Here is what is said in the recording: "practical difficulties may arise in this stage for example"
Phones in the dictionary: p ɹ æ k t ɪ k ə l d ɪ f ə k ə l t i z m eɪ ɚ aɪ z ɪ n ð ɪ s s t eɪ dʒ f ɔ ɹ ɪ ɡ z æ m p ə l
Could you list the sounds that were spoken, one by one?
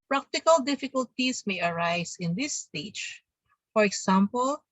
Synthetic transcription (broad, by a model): p ɹ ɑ k t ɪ k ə l d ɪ f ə k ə l t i s m eɪ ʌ aɪ s ɪ n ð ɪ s s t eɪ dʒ f ɔ ɹ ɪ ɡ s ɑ m p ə l